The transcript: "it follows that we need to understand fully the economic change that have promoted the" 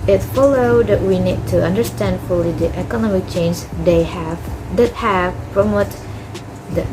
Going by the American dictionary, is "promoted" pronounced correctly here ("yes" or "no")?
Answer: no